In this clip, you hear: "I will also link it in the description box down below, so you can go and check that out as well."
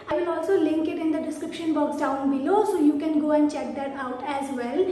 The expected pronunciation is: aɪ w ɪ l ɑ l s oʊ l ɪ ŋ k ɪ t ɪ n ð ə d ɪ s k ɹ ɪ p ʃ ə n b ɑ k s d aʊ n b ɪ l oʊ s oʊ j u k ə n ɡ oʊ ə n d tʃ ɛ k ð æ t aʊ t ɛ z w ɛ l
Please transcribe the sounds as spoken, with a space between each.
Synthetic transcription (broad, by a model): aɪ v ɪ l ɑ l s oʊ l ɪ ŋ k ɪ t ɪ n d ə d ɪ s k ɹ ɪ p ʃ ə n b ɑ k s d aʊ n b ɪ l oʊ s oʊ j u k ə n ɡ oʊ ə n d tʃ ɛ k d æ t aʊ t ɛ z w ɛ l